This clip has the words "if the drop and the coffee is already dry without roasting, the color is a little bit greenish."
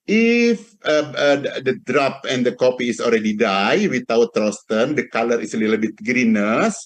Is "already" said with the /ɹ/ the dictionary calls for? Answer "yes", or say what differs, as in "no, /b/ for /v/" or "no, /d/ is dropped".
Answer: no, /l/ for /ɹ/